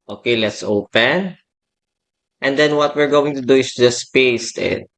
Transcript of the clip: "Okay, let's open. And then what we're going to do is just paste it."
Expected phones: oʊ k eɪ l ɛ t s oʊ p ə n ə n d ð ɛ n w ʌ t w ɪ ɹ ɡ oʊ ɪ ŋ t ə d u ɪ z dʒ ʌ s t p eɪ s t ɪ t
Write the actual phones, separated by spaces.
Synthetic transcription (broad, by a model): oʊ k eɪ l ɛ t s oʊ p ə n ə n d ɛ n w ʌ t w ɪ ɹ ɡ oʊ ɪ ŋ t ə d u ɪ s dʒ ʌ s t p eɪ s t ɪ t